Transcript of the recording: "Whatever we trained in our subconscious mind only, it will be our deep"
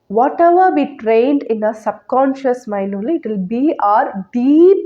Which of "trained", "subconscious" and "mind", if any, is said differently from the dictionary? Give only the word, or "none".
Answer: mind